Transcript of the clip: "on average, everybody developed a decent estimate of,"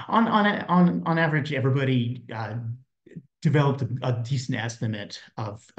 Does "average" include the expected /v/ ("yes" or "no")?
yes